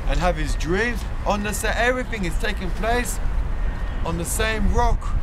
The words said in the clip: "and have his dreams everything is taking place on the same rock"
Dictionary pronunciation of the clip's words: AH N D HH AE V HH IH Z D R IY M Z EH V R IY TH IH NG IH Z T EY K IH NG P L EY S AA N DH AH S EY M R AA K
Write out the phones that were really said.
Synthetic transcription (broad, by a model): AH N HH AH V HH IH Z D R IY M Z EH V R IY TH IH NG IH Z T EY K IH NG P L EY S N DH AH S EY M R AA K